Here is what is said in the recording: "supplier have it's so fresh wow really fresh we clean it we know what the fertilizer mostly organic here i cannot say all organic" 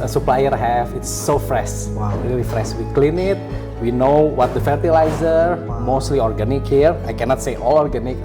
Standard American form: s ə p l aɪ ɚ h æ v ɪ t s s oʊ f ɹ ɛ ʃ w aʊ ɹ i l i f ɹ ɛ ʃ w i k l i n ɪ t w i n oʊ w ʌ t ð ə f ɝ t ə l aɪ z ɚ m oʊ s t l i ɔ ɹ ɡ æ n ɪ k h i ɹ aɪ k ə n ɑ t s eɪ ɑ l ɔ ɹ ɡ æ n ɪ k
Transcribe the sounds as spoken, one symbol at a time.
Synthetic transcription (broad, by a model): s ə p l aɪ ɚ h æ f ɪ t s s oʊ f ɹ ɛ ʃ w aʊ ɹ i l i f ɹ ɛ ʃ w i k l i n ɪ t w i n oʊ w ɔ t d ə f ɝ t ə l aɪ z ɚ m oʊ s t l i ɔ ɹ ɡ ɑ n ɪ k h i ɹ aɪ k ə n ɑ t s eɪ ɑ l ɔ ɹ ɡ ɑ n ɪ k